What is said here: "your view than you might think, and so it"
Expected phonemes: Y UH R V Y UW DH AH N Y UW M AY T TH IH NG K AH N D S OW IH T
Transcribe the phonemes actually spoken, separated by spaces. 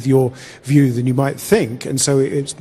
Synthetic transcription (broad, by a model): Y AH R V Y UW DH AH N Y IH M AY T TH IH NG K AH N S OW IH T